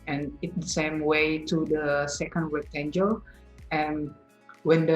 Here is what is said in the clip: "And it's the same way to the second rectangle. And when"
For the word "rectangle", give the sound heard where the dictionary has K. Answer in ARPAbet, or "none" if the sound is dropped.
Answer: none